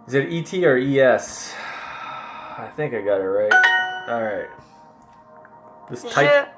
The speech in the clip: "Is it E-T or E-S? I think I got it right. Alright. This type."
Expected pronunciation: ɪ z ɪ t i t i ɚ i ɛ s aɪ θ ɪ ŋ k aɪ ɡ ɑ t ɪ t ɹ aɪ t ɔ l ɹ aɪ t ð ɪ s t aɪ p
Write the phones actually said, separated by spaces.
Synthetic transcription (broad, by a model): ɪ z ɪ t i t i ɚ i ɛ s aɪ θ ɪ ŋ k aɪ ɡ ɑ t ɪ t ɹ aɪ t ɔ l ɹ aɪ t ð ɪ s t aɪ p